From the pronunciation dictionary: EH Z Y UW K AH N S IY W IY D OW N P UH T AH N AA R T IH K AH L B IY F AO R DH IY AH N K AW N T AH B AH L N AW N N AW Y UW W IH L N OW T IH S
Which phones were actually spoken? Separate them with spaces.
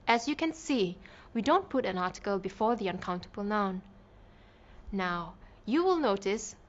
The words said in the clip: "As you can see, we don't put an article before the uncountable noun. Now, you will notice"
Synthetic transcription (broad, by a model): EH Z Y UW K AH N S IY W IY D OW N P UH T AH N AA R T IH K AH L B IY F AO R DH IY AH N K AW N T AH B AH L N AW N N AW Y UW W IH L N OW T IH S